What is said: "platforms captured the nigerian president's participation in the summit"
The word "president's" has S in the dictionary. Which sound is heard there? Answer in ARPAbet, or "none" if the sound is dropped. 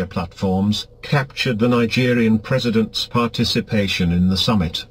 S